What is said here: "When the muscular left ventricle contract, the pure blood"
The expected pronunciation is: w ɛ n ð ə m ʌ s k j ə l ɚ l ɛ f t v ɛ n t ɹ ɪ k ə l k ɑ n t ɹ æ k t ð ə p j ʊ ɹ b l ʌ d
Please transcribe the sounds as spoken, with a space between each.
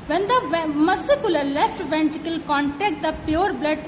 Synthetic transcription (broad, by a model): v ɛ n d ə m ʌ s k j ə l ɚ l ɛ f t v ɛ n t ɪ k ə l k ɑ n t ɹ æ k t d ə p j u ɹ b l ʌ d